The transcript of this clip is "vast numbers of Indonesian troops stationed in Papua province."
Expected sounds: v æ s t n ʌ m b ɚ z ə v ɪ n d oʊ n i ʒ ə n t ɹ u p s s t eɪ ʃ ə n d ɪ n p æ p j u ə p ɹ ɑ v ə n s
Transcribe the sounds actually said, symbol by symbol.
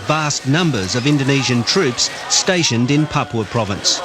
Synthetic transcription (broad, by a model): v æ s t n ʌ m b ɚ z ə v ɪ n d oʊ n i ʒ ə n t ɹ u p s s t eɪ ʃ ə n d ɪ n p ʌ p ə p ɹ ɑ v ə n s